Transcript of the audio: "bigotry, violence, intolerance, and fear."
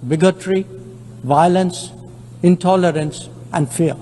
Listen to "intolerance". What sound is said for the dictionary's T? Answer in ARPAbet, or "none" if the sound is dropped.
T